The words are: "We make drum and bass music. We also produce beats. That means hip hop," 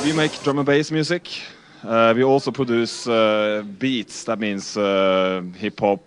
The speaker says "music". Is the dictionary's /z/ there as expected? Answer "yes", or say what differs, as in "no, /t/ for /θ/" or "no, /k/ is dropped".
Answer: no, /s/ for /z/